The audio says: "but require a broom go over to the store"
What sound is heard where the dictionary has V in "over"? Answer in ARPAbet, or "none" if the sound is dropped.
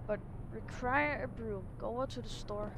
none